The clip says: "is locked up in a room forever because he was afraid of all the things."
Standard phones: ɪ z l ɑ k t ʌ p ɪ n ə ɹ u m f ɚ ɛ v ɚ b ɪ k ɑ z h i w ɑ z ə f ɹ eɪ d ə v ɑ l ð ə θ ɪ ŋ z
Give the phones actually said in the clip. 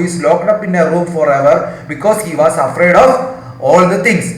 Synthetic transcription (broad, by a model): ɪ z l ɑ k t ʌ p ɪ n ə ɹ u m f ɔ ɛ v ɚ b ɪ k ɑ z h i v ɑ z ə f ɹ eɪ d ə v ɑ l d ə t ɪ ŋ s